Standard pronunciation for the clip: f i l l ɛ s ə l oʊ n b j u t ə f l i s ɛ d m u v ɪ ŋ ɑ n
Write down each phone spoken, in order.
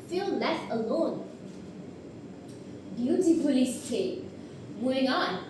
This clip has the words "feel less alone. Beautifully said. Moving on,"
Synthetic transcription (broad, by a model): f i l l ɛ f ə l oʊ n b j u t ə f l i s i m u ɪ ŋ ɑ n